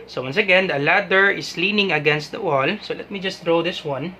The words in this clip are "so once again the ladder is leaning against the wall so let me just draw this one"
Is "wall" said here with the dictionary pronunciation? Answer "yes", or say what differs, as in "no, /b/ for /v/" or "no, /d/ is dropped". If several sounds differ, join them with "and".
yes